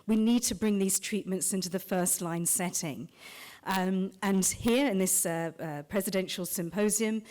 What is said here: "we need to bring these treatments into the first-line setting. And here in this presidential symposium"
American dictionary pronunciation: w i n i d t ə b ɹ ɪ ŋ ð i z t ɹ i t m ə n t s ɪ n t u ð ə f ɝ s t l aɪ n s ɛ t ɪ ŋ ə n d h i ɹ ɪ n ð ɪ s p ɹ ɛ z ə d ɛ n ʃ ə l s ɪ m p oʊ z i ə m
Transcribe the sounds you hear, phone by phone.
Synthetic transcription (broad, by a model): w i n i d t ə b ɹ ɪ ŋ ð i z t ɹ i t m ə n t s ɪ n t u ð ə f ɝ s t l aɪ n s ɛ t ɪ ŋ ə n h i ɹ ɪ n ð ɪ s p ɹ ɛ z ə d ɛ n ʃ ə l s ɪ m p oʊ z i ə m